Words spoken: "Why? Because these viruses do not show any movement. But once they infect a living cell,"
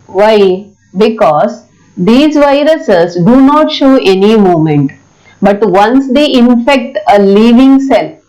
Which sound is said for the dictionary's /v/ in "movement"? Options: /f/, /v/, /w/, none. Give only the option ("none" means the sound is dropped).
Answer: none